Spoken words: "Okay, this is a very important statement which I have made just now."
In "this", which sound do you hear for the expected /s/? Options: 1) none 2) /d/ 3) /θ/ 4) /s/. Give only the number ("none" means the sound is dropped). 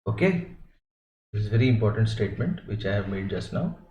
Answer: 1